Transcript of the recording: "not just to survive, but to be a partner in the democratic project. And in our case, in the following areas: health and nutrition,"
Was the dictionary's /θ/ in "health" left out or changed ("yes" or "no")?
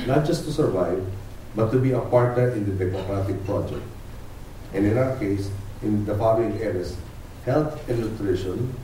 yes